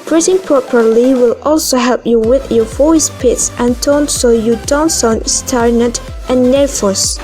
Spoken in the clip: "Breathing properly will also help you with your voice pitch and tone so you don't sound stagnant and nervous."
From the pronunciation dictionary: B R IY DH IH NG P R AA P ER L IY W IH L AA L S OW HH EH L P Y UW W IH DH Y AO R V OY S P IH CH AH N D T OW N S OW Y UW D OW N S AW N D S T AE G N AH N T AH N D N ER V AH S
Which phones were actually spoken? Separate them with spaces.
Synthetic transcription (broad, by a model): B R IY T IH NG P R AA P ER L IY W IH L AA L S OW HH EH L P Y UW W IH DH Y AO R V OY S P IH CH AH N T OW N S OW Y UW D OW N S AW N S T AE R N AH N T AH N N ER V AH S